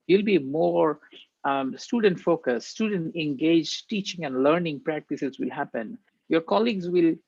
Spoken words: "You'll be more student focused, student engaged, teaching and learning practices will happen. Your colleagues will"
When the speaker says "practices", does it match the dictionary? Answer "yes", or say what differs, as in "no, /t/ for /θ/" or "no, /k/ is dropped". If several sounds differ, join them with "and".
yes